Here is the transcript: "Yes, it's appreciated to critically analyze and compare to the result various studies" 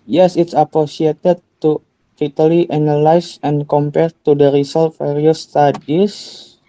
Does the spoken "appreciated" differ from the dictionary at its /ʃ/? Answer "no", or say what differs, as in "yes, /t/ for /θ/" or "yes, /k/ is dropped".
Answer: yes, /s/ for /ʃ/